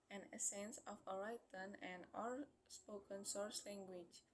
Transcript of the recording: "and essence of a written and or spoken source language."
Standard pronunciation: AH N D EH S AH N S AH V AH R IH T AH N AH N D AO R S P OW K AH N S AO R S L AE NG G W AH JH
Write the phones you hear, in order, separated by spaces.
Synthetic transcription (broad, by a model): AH N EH S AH N S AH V AH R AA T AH N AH N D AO L S P OW K AH N S AO R S L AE NG G W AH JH